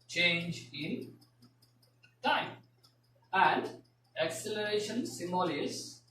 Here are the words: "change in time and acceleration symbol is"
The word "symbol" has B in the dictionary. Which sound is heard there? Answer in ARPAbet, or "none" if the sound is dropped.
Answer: none